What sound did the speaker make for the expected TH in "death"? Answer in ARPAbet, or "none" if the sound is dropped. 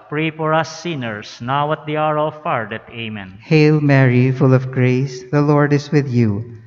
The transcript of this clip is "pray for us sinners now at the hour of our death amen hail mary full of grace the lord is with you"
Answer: T